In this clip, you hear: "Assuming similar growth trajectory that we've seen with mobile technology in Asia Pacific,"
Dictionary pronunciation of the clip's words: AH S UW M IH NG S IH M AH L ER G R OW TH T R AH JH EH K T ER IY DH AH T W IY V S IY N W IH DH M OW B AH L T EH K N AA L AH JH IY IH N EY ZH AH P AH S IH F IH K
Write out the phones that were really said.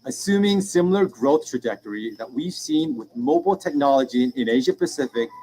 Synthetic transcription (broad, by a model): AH S UW M IH NG S IH M L ER G R OW TH T R AH JH EH K T ER IY DH AH T W IY V S IY N W IH DH M OW B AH L T EH K N AA L AH JH IY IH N EY ZH AH P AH S IH F IH K